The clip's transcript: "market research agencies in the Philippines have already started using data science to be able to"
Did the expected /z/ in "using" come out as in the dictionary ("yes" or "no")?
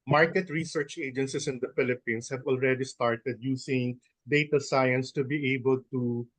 no